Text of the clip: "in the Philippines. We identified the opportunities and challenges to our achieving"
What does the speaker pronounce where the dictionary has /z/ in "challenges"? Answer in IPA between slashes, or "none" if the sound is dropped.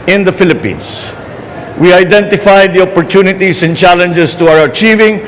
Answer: /s/